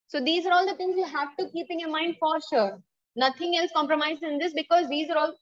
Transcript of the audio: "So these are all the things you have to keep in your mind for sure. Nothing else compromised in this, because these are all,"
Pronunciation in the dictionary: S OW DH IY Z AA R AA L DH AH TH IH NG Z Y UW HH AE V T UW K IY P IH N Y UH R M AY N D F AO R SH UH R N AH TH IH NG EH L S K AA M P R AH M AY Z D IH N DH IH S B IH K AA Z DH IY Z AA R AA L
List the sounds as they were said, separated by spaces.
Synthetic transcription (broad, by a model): S OW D IY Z AA R AA L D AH T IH NG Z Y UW HH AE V T UW K IY P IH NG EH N M AY N D F AO R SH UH R N AH T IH NG EH L S K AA M P R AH M AY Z IH N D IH S B IH K AA Z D IY Z AA R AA L